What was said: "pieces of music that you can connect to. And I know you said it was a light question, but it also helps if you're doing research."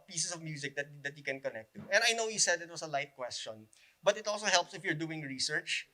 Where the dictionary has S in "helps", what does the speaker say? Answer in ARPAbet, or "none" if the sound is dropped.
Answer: S